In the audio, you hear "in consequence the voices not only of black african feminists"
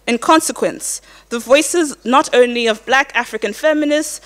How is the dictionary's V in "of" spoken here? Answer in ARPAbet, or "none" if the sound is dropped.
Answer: V